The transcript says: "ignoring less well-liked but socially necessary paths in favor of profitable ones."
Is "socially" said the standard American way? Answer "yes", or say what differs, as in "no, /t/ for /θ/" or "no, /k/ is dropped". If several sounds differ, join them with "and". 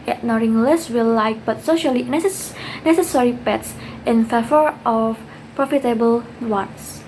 yes